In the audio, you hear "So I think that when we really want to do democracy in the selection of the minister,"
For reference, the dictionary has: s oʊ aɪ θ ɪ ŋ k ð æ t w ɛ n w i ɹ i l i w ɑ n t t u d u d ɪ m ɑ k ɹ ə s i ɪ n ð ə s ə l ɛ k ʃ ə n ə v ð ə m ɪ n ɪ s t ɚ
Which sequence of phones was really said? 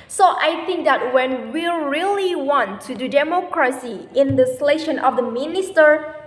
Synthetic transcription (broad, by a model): s oʊ aɪ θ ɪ ŋ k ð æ t w ɛ n w i ɹ i l i w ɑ n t t u d u d ɪ m ɑ k ɹ ə s i ɪ n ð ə s l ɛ ʃ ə n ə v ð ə m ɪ n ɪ s t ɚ